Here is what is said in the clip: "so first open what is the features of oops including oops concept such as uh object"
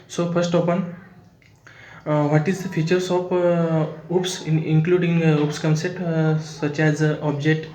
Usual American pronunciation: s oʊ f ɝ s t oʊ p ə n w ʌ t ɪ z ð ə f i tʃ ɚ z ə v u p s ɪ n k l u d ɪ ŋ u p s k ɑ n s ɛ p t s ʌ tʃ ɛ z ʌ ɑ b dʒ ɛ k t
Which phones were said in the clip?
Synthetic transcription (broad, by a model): s oʊ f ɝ s t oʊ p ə n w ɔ t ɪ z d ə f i tʃ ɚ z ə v u p s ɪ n k l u d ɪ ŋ u p s k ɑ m s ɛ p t s ʌ tʃ ɛ z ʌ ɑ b dʒ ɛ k t